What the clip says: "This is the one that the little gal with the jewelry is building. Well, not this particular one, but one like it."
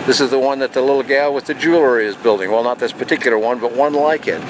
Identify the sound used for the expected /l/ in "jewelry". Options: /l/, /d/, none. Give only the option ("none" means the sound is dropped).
/l/